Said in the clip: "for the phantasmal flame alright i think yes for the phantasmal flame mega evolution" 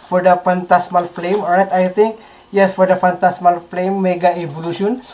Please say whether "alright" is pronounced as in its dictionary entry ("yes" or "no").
no